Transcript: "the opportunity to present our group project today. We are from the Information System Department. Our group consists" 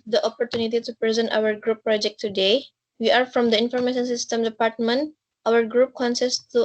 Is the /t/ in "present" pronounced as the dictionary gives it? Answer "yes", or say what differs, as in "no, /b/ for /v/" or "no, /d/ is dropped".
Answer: yes